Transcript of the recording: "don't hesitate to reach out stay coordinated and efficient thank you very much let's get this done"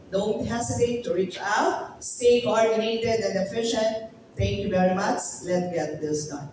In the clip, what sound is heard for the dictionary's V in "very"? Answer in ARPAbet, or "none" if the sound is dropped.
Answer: B